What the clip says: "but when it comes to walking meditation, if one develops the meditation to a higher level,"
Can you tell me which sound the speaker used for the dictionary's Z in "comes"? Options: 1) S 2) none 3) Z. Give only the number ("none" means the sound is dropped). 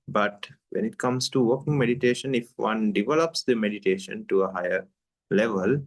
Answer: 1